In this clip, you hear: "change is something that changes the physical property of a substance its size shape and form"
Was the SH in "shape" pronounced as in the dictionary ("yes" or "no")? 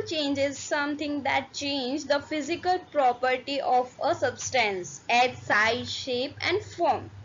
yes